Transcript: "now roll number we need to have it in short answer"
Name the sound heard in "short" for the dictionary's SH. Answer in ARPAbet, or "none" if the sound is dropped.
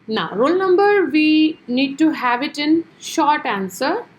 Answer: SH